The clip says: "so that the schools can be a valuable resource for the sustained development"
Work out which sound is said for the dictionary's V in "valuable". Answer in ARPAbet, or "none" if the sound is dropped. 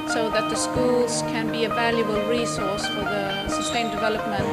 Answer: V